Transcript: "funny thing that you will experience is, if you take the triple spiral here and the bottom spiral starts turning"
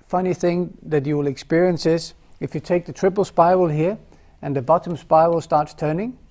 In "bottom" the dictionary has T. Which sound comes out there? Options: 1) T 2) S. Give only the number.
1